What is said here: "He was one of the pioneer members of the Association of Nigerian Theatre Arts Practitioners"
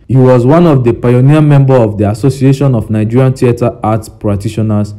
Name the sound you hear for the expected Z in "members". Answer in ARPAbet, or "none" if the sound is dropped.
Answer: none